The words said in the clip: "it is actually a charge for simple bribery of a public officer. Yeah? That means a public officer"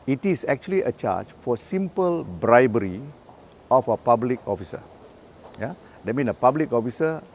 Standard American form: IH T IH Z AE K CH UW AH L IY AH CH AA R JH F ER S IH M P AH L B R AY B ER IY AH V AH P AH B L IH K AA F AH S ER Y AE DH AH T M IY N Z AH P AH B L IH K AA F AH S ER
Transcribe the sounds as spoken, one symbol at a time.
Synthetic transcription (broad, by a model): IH T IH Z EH K CH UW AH L IY AH CH AA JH F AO S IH M P AH L B R AY B ER IY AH F AH P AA B L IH K AA F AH S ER Y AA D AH T M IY N AH P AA B L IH K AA F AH S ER